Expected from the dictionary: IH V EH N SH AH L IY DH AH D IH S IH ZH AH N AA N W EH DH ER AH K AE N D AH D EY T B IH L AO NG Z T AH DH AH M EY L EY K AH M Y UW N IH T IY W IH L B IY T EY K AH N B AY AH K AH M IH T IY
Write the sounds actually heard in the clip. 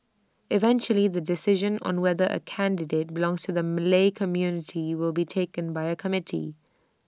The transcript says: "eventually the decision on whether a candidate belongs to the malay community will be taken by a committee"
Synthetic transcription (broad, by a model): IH V EH N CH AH L IY DH AH D IH S IH ZH AH N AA N W EH DH ER AH K AE N D AH D EY T B IH L AO NG Z T AH DH AH M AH L EY K AH M Y UW N IH T IY W IH L B IY T EY K AH N B AY AH K AH M IH T IY